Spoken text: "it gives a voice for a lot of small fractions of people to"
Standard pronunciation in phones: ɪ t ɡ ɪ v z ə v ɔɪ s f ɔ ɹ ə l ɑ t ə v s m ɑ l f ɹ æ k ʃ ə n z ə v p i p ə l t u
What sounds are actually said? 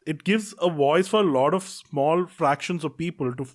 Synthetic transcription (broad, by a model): ɪ t ɡ ɪ v z ə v ɔɪ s f ɔ ɹ ə l ɑ t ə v s m ɑ l f ɹ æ k ʃ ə n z ə v p i p ə l t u